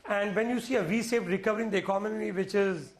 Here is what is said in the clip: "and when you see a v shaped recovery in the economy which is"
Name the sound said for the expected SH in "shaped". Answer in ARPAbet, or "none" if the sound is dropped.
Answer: S